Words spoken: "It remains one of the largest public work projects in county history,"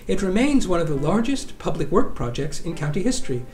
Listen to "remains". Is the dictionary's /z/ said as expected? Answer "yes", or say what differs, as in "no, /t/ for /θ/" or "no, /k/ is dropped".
yes